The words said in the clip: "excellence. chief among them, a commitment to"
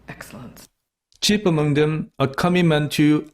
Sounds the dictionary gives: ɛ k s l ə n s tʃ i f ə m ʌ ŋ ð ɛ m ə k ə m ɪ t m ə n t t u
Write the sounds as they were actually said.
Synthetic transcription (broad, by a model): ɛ k s l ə n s tʃ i p ə m ʌ ŋ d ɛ m ə k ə m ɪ m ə n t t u